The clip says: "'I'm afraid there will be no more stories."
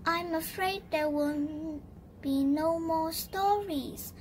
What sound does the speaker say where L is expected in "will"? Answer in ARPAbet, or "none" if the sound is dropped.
N